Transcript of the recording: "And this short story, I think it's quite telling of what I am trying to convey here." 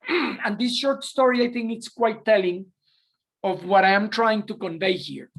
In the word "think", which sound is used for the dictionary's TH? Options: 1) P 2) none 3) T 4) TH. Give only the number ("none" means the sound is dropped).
4